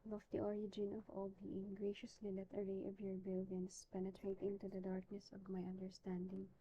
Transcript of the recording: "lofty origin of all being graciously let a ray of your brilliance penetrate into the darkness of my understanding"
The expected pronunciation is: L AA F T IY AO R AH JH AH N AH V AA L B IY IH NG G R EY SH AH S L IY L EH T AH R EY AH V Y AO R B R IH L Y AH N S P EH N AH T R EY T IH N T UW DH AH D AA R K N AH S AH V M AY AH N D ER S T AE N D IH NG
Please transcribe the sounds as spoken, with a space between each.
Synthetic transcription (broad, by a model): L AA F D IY AO R AH JH AH N AH V AA L B IY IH NG G R EY SH AH S L IY L EH T AH R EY AH V Y AO R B IH L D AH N S P EH N AH T R EY T IH N T UW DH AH D AA R K N AH S AH V M AY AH N D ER S T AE N D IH NG